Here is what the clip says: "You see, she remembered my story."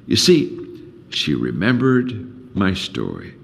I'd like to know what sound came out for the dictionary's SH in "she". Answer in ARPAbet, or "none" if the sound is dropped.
SH